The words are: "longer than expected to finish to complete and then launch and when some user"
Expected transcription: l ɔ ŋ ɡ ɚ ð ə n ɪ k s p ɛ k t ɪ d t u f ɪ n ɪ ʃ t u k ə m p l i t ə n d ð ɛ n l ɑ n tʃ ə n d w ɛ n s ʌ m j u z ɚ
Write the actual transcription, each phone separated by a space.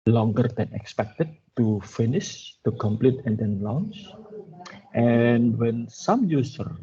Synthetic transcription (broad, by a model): l ɔ ŋ ɡ ɚ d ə n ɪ k s p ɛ k t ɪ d t u f ɪ n ɪ ʃ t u k ə m p l i t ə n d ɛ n l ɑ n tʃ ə n w ɛ n s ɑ m j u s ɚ